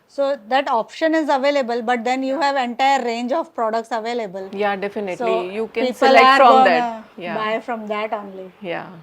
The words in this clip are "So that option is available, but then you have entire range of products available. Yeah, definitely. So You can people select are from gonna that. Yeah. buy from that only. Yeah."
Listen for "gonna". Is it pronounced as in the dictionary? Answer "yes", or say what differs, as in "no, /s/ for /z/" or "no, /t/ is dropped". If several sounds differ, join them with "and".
no, /n/ is dropped